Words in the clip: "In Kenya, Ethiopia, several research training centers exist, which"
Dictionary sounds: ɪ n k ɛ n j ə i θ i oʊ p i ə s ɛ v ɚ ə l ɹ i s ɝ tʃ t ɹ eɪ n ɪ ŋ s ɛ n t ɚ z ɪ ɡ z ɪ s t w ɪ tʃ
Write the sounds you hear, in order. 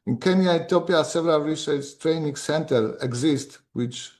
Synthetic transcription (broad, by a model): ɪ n k ɛ n j ə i t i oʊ p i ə s ɛ v ɚ ə l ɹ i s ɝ s t ɹ eɪ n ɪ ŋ s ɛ n t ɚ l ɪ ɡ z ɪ s t w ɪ tʃ